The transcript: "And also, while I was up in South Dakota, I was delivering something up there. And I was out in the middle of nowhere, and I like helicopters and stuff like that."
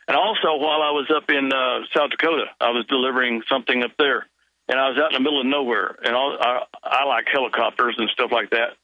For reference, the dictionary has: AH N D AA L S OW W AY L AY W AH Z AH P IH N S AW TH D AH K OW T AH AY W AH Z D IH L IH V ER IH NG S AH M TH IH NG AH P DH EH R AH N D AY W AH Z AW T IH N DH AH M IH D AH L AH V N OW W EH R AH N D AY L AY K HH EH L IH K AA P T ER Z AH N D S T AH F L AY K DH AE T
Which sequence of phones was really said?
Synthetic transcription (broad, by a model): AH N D AA L S OW W AY L AY W AH Z AH P IH N S AW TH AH K OW T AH AY W AH Z D IH L IH V ER IH NG S AH M TH IH NG AH P DH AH R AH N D AY W AH Z AW T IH N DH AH M IH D L AH V N OW W EH R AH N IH AY L AY K HH EH L IH K AA P T ER Z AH N S T AH F L AY K DH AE T